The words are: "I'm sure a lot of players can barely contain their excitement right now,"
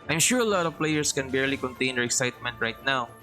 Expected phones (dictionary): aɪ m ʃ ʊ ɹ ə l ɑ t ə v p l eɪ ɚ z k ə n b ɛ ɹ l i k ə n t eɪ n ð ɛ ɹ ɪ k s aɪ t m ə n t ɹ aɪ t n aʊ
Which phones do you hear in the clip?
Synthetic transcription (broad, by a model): aɪ m ʃ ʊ ɹ ə l ɑ t ə v p l eɪ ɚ s k ə n b ɛ ɹ l i k ə n t eɪ n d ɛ ɹ ɪ k s aɪ t m ə n t ɹ aɪ t n aʊ